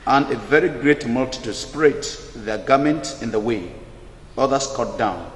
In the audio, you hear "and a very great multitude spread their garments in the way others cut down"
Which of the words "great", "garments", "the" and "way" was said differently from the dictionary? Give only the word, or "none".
garments